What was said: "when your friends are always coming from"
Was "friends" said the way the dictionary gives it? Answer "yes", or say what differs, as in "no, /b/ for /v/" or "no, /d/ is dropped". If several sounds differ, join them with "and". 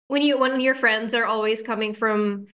yes